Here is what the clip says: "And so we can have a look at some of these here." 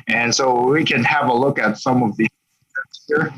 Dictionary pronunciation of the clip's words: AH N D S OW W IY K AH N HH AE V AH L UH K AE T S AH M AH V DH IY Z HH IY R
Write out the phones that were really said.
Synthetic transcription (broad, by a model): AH N S OW W IY K AH N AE V AH L UH K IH T S AH M AH V DH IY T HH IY R